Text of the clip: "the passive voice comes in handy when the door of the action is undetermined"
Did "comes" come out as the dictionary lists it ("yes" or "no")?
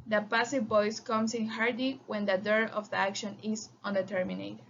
no